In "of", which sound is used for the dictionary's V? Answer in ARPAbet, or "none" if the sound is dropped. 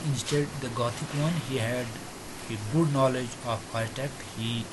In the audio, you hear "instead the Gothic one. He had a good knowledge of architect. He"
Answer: P